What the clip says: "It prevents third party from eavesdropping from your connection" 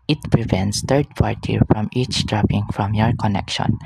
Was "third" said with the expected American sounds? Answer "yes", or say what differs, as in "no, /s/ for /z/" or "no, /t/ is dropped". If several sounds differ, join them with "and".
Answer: no, /t/ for /θ/